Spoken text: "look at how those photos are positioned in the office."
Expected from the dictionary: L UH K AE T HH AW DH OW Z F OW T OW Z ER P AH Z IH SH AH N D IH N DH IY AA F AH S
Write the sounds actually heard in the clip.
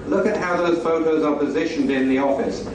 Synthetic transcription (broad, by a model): L UH K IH T HH AW DH OW Z F OW T OW Z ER P AH Z IH SH AH N D IH N DH IY AA F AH S